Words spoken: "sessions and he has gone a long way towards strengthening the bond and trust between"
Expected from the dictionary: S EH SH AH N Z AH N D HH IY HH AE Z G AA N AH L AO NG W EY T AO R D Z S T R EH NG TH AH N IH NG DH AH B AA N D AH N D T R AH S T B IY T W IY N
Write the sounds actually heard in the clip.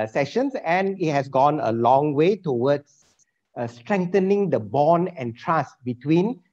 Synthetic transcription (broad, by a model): S EH SH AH N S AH N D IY HH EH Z G AA N AH L AO NG W EY T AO W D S S T R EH NG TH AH N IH NG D AH B AA N AH N T R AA S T B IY T W IY N